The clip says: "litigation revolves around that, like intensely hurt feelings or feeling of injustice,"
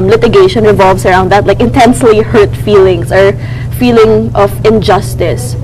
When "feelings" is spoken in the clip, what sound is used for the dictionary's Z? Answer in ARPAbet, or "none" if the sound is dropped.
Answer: S